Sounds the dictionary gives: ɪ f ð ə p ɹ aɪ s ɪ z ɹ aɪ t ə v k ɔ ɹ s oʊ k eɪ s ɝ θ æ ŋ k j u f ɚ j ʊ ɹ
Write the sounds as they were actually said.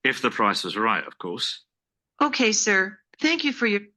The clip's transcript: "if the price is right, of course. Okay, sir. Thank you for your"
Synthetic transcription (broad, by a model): ɪ f ð ə p ɹ aɪ s ɪ z ɹ aɪ t ə v k ɔ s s oʊ k eɪ s ɝ θ æ ŋ k j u f ɚ j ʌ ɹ